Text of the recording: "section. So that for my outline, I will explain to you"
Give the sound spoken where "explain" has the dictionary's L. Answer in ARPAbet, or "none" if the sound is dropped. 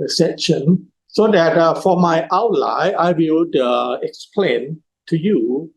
L